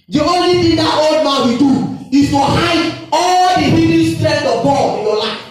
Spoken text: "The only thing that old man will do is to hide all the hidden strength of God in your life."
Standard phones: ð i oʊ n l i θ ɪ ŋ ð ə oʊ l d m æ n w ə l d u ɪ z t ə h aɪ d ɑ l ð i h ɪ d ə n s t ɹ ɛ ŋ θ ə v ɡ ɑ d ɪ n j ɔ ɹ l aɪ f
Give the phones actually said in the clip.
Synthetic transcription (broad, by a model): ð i oʊ n l i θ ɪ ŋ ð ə oʊ l d m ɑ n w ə d u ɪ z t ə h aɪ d ɑ l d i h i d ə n s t ɹ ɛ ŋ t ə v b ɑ ɪ n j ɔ l aɪ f